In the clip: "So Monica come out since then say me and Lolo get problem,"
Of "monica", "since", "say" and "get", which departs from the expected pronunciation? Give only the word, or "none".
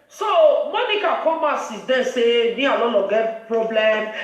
since